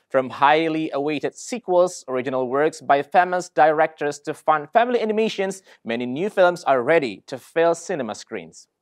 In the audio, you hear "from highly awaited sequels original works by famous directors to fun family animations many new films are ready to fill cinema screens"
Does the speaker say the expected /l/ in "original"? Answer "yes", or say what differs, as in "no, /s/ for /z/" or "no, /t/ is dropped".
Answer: yes